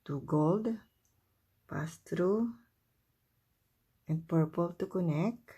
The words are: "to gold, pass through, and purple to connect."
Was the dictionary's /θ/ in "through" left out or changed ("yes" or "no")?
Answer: yes